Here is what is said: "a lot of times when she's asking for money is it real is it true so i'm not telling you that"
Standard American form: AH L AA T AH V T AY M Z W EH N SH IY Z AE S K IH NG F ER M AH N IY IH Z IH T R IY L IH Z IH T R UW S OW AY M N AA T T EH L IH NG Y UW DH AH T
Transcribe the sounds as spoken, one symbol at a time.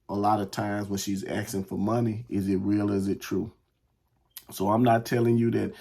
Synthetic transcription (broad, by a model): AH L AA T AH V T AY M Z W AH N SH IY Z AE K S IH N F ER M AH N IY IH Z IH T R IY L IH Z IH T R UW S OW AY M N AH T T EH L IH NG Y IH DH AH T